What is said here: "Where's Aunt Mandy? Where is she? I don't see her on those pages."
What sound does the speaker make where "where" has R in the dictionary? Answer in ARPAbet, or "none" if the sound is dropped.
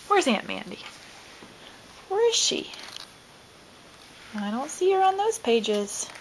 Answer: R